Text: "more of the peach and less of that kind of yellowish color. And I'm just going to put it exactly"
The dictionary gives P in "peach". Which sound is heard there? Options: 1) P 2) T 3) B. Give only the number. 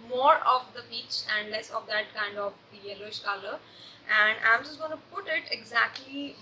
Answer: 3